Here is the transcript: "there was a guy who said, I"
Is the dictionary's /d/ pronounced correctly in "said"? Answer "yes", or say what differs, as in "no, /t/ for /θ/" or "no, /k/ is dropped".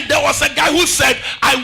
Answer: yes